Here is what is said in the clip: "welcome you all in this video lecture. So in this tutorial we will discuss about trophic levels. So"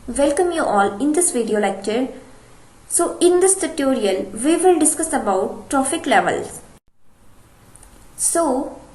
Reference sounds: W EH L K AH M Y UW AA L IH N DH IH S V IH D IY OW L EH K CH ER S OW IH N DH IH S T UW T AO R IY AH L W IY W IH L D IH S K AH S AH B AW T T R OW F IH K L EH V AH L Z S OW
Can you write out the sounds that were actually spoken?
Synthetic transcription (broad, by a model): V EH L K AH M Y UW AA L IH N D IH S V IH D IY OW L EH K CH ER S OW IH N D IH S T UW T AO R IY AH L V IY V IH L D IH S K AH S AH B AW T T R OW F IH K L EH V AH L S S OW